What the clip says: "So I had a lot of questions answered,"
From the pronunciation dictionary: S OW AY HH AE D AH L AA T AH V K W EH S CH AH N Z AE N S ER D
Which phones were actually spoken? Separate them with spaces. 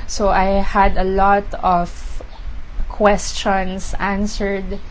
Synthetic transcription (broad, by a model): S OW AY HH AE D AH L AA T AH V K W EH S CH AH N S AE N S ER D